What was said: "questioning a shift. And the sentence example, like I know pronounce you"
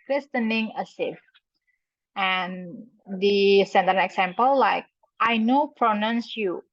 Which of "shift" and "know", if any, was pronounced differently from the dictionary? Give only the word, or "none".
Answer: shift